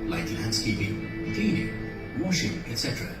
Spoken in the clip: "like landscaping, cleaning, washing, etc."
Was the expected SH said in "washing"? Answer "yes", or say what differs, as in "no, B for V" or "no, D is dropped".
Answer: yes